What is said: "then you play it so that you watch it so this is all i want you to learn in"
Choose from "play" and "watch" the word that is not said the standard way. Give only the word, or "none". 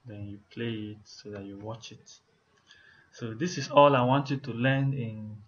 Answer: none